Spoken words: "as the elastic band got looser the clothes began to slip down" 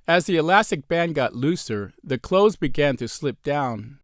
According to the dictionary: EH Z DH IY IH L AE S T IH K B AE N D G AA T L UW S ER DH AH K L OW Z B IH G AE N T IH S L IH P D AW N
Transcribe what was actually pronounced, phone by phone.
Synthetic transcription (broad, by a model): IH Z DH IY IH L AE S T IH K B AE N G AA T L UW S ER DH AH K L OW Z B IH G AE N T IH S L IH P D AW N